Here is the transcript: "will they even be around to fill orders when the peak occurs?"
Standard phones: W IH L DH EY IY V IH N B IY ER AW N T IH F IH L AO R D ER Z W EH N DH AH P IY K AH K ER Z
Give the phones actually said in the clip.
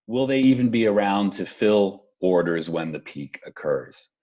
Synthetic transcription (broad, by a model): W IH L DH EY IY V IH N B IY ER AW N T IH F IH L AO R D ER Z W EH N DH AH P IY K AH K ER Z